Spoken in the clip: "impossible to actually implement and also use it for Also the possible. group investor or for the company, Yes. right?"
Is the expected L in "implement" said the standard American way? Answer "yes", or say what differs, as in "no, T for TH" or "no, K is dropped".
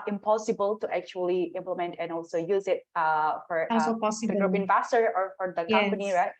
yes